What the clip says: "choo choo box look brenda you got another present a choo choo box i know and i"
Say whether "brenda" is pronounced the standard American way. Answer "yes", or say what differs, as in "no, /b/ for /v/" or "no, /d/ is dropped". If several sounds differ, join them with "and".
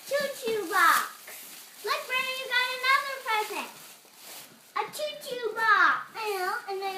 no, /n/ is dropped